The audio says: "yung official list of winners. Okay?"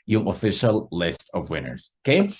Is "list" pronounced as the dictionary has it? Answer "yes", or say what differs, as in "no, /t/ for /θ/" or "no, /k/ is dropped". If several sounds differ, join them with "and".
yes